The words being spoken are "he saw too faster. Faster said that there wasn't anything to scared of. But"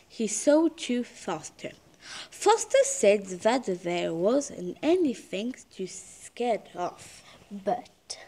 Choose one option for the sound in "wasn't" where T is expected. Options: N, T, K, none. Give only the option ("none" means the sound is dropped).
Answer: none